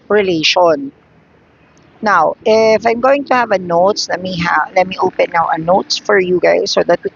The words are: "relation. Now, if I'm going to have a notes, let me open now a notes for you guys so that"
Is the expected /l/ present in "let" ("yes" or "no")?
yes